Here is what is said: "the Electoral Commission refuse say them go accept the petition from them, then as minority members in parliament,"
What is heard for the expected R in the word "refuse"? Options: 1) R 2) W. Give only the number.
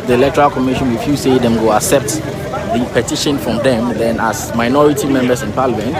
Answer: 2